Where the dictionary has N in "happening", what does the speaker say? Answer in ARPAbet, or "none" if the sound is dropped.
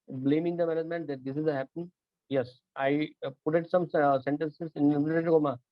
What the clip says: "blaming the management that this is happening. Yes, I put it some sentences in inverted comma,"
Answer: none